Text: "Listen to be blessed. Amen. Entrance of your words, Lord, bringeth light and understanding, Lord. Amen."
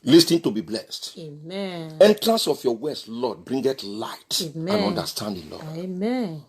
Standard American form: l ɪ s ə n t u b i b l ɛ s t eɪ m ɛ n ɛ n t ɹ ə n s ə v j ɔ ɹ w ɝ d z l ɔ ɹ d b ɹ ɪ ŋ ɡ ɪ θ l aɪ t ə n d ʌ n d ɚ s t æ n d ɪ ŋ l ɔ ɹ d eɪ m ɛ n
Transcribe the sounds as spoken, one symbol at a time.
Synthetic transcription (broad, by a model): l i s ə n t u b i b l ɛ s t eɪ m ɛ ɛ n t ɹ ə n s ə f j ɔ w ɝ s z l ɔ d b ɹ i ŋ ɡ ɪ t l aɪ t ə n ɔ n d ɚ s t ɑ n d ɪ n l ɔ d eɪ m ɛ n